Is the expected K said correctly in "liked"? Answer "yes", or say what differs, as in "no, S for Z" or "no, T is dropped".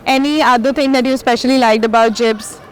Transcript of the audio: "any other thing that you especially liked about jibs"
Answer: yes